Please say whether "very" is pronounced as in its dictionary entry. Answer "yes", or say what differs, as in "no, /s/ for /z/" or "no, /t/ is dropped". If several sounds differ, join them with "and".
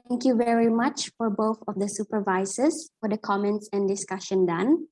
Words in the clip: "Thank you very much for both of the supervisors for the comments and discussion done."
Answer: yes